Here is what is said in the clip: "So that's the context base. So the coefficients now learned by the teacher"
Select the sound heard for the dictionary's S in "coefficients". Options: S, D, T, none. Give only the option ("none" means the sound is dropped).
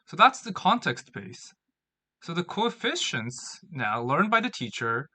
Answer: S